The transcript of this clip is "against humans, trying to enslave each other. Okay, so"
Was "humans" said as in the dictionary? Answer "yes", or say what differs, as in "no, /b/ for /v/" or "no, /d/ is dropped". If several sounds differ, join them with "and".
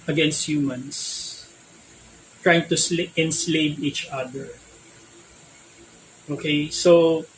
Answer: no, /s/ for /z/